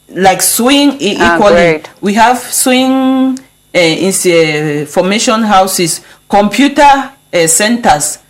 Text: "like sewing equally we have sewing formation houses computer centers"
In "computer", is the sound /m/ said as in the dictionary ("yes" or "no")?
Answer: yes